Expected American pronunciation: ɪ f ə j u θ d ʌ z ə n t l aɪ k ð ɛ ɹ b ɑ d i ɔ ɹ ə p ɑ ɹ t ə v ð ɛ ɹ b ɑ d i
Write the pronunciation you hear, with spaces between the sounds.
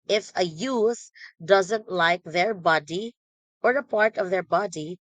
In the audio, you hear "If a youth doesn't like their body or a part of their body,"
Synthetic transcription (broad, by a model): ɪ f ə j u s d ʌ z ə n t l aɪ k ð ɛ ɹ b ɑ d i ɔ ɹ ə p ɑ ɹ t ə v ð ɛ ɹ b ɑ d i